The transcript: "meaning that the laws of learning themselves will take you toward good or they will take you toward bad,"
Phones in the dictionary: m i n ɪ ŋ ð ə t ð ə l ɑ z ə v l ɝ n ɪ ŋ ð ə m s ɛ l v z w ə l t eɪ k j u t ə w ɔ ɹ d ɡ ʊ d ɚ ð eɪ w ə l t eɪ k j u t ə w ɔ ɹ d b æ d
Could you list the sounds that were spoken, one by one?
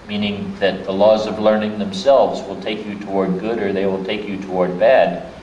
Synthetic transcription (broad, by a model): m i n ɪ ŋ ð ə t ð ə l ɑ z ə v l ɝ n ɪ ŋ ð ə m s ɛ l v z w ə l t eɪ k j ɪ t ə w ɔ ɹ d ɡ ʊ d ɚ ð eɪ w ə l t eɪ k j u t ə w ɔ ɹ d b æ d